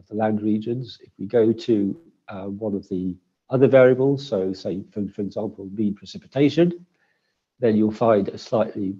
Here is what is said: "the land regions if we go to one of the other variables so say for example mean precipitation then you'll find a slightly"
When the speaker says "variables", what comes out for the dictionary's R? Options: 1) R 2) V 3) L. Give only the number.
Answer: 1